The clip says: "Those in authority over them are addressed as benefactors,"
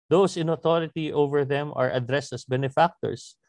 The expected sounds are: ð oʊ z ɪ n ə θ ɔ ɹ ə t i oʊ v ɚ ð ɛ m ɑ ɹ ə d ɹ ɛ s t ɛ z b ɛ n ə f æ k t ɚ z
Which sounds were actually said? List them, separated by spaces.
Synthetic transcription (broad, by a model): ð oʊ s ɪ n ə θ ɔ ɹ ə t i oʊ v ɚ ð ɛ m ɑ ɹ ə d ɹ ɛ s t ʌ s b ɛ n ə f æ k t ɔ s